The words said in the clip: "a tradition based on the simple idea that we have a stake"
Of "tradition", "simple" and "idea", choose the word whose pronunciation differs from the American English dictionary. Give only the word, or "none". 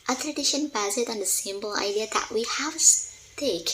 simple